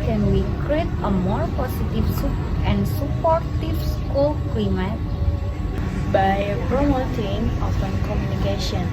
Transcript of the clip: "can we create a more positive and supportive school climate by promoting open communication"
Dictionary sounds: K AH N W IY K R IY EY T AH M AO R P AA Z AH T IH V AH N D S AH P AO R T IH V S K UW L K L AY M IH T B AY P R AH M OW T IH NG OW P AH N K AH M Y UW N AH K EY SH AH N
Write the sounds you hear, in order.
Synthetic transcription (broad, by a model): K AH N W IY K R IY EY T AH M AO R P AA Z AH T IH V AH N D S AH P AO R T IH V S K UW L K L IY M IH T B AY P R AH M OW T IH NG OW F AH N K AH M Y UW N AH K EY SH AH N